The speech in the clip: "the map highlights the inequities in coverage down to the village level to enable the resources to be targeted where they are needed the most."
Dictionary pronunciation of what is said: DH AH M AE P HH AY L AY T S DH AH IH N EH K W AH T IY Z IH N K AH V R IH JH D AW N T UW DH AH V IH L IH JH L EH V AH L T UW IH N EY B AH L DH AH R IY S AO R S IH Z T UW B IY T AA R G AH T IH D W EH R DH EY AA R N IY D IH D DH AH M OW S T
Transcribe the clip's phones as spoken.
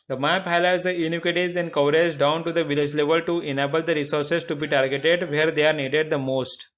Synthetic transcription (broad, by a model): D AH M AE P HH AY L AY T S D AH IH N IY K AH T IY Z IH N K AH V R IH Z D AW N T UW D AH V IH L IH JH L EH V AH L T UW IH N EY B AH L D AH R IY S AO R S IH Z T UW B IY T AA R G AH T IH D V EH R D EY AA R N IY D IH D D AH M OW S T